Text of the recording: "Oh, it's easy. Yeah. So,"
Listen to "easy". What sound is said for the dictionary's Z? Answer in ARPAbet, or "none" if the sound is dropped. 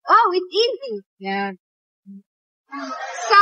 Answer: Z